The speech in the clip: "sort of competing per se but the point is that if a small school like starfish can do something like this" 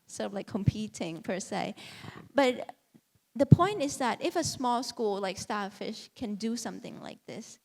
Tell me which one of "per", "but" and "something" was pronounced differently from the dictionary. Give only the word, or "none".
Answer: none